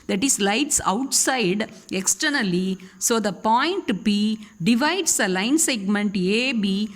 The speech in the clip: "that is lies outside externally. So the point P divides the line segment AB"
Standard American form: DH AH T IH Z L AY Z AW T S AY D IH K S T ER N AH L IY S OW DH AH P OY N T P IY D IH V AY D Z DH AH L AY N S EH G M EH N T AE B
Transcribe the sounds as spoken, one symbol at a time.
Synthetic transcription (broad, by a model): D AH T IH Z L AY S AW T S AY D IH K S T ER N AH L IY S OW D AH P OY N T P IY D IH V AY D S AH L AY N S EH G M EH N T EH B